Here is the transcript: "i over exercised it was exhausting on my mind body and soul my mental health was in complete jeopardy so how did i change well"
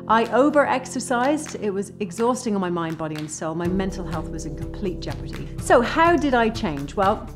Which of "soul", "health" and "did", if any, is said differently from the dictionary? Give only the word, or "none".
none